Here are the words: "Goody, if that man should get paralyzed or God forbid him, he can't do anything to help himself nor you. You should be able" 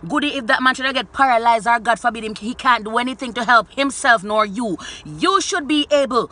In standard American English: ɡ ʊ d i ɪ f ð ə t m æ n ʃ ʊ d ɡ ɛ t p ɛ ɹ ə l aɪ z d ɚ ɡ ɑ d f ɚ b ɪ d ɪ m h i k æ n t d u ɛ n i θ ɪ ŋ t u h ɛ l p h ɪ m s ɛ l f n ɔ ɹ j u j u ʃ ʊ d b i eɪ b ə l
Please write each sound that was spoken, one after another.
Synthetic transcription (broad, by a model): ɡ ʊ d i ɪ f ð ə t m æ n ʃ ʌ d ɡ ɛ t p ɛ ɹ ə l aɪ z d ɚ ɡ ɑ d f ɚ b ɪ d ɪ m h i k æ n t d u ɛ n i θ ɪ ŋ t u h ɛ l p h ɪ m s ɛ l f n ɔ ɹ j u j u ʃ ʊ d b i eɪ b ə l